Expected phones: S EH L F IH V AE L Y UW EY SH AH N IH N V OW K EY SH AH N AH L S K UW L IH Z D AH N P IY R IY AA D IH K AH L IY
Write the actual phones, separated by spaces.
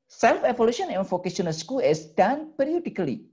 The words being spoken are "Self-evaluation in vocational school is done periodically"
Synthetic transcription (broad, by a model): S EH L F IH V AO L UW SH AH N IH N F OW K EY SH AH N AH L S K UW L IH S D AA N P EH R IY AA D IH K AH L IY